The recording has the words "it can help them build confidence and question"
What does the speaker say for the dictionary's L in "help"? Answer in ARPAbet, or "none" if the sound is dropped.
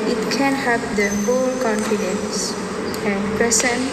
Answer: none